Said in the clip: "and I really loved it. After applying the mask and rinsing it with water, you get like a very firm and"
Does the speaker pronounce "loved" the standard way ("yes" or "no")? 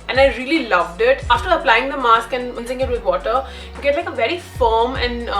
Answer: yes